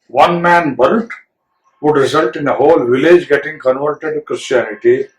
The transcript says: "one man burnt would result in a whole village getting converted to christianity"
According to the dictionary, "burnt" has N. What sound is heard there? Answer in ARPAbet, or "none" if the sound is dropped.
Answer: L